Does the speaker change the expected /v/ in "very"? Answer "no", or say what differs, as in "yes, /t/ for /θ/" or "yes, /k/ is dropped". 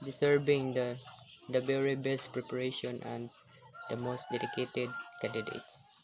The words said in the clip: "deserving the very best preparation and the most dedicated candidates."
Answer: yes, /b/ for /v/